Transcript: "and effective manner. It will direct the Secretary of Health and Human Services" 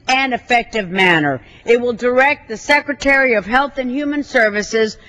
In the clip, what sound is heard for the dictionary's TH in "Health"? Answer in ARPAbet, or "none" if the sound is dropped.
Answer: TH